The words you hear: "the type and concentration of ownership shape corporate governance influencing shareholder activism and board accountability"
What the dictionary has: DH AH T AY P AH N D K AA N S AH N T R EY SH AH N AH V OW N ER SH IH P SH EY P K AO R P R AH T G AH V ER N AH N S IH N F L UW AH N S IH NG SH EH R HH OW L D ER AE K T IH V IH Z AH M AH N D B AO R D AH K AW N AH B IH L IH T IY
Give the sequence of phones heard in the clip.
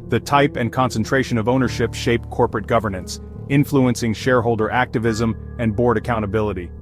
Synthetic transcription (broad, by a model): DH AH T AY P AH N K AA N S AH N T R EY SH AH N AH V OW N ER SH IH P SH EY P K AO R P R AH T G AH V ER N AH N S IH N F L UW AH N S IH NG SH EH R HH OW L D ER AE K T IH V IH Z AH M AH N B AO R D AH K AW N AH B IH L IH T IY